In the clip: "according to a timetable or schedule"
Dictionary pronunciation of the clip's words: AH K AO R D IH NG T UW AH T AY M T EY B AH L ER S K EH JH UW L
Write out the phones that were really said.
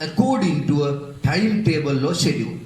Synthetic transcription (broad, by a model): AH K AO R D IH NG T UW AH T AY M T EY B AH L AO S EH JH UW